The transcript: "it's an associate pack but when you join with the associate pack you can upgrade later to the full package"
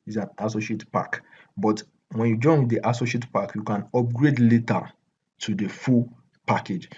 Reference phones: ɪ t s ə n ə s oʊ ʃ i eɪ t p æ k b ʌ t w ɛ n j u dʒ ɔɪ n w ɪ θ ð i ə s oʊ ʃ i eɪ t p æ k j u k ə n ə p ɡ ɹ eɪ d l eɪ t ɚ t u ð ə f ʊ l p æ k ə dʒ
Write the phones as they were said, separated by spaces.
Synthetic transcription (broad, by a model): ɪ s ə n ə s oʊ ʃ i eɪ t p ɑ k b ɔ t w ɛ n j u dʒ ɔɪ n w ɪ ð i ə s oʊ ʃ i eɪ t p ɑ k j u k ə n ə p ɡ ɹ eɪ d l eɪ t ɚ t u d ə f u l p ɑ k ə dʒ